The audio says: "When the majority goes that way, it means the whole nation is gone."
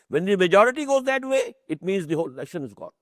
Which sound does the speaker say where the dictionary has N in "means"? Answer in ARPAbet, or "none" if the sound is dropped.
N